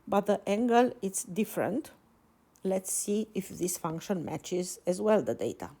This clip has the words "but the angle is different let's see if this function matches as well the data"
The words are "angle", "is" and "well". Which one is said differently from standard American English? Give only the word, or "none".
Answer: is